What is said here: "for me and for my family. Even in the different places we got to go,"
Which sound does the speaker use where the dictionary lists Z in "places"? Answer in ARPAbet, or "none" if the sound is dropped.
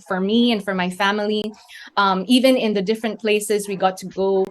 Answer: Z